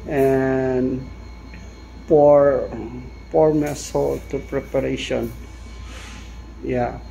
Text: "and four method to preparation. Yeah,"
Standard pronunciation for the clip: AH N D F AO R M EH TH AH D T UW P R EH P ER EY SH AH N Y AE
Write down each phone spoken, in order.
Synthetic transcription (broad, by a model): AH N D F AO R M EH S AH T UW P R EH P ER EY SH AH N Y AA